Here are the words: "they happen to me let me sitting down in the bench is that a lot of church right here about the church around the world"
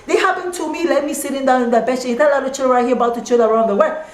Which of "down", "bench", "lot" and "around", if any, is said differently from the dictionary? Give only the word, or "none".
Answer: bench